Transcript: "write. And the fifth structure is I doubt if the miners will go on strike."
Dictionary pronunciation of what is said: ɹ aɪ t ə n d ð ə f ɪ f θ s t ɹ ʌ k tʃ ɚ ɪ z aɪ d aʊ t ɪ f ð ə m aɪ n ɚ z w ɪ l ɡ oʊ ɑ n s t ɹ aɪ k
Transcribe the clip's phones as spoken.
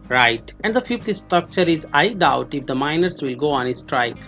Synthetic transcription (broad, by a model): ɹ aɪ t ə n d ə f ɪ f t s t ɹ ʌ k tʃ ɚ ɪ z aɪ d aʊ t ɪ f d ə m aɪ n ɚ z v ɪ l ɡ oʊ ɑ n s t ɹ aɪ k